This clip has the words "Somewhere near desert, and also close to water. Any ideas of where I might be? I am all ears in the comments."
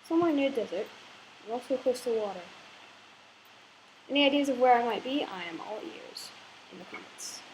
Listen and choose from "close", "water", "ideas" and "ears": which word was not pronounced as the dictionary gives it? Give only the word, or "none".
close